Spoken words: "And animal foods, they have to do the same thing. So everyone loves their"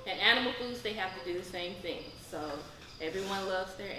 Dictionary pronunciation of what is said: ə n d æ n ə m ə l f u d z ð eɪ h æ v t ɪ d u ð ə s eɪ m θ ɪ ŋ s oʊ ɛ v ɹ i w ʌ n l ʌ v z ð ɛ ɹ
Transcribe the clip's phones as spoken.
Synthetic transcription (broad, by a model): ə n æ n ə m l f u d z ð eɪ h æ f t ɪ d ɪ ð ə s eɪ m θ ɪ ŋ s oʊ ɛ v ɹ i w ʌ n l ʌ v z ð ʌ ɹ